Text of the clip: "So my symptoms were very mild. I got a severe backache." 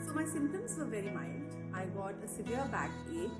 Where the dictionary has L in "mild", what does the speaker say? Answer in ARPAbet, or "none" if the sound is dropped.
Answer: N